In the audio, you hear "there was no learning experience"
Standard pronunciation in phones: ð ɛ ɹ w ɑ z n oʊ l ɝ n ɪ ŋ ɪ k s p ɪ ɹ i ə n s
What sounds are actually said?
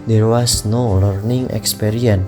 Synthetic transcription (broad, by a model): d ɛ ɹ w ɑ s n oʊ l ɝ n ɪ ŋ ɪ k s p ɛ ɹ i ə n